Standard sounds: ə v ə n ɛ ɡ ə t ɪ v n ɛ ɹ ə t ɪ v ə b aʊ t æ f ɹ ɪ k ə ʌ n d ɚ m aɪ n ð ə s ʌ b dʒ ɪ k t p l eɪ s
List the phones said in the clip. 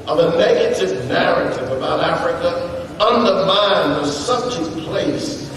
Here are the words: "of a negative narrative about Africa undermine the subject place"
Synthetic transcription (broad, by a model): ə v ə n ɛ ɡ ə t ɪ v n ɛ ɹ ə t ɪ v ə b aʊ t æ f ɹ ɪ k ə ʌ n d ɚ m aɪ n ð ə s ʌ b dʒ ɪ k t p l eɪ s